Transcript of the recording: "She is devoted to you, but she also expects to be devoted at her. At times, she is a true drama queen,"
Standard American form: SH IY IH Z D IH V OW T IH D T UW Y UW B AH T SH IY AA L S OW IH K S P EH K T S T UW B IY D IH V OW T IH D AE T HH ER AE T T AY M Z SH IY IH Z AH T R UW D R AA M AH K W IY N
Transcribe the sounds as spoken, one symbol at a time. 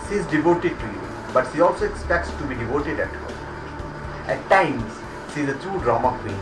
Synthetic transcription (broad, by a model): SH IY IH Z D IH V OW T IH D T UW Y UW B AH T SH IY AA L S OW IH K S P EH K T S T UW B IY D IH V OW T IH D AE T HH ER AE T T AY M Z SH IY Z AH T UW D R AA M AH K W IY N